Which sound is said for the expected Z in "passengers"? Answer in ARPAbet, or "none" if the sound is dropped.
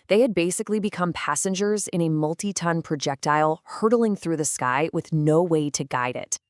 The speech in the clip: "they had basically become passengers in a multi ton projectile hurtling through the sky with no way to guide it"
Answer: Z